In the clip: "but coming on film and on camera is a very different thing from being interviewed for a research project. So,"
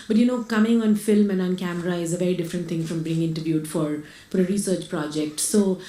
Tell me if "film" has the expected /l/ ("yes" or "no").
yes